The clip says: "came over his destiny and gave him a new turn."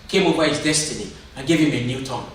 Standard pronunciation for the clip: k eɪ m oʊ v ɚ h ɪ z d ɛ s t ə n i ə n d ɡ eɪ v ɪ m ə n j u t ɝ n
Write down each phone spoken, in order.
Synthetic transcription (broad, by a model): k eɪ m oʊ p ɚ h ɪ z d ɛ s t ə n i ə n ɡ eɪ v ɪ m ə n j u t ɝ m